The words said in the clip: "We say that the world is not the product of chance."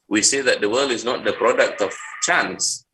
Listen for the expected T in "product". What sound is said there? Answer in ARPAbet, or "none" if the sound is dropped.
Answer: T